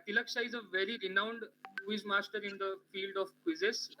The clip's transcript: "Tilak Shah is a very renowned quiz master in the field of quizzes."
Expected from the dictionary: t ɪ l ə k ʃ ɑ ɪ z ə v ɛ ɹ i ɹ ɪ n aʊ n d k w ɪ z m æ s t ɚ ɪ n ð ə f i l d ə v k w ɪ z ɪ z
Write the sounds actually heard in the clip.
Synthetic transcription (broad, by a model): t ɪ l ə k ʃ ɑ ɪ z ə v ɛ ɹ i ɹ ɪ n aʊ n d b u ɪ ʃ m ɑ s t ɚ ɪ n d ə f i l d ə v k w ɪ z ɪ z